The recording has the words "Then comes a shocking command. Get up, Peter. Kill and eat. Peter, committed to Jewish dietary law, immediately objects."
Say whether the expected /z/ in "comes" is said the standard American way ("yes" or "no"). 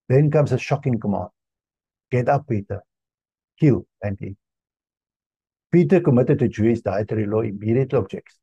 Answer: no